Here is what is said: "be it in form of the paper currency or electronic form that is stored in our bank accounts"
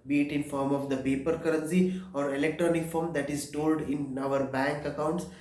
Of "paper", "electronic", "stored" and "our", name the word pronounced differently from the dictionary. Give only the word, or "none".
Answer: stored